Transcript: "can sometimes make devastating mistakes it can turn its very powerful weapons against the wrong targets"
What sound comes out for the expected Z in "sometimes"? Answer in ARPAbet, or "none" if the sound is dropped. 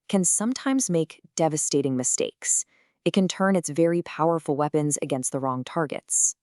Z